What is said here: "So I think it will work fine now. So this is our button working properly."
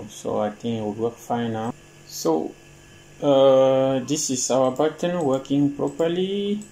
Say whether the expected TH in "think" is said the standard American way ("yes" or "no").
no